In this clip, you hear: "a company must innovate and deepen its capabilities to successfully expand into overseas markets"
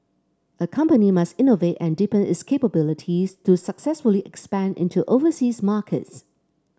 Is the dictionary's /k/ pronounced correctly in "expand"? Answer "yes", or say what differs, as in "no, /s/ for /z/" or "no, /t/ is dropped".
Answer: yes